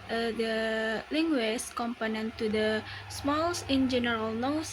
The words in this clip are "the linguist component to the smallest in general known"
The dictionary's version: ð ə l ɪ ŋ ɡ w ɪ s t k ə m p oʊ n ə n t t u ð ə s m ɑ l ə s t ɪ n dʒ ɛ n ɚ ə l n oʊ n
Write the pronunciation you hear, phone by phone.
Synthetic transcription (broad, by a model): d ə l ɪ ŋ ɡ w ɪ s k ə m p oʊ n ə n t t u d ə s m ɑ l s ɪ n dʒ ɛ n ɚ ə l n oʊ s